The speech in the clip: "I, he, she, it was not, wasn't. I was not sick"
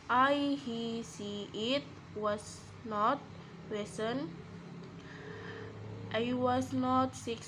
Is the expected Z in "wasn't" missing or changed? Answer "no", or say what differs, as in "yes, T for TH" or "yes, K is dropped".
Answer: yes, S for Z